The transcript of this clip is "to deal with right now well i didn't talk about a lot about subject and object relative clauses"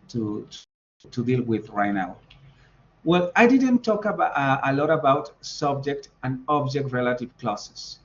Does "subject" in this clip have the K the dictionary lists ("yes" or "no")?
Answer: yes